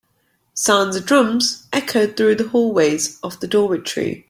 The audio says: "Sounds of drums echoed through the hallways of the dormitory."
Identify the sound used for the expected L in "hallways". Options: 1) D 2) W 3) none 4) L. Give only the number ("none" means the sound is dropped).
4